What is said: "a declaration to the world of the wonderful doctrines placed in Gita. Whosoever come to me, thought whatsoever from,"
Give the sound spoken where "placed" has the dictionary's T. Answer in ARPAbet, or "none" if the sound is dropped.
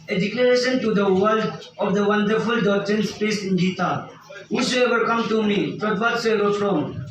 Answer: none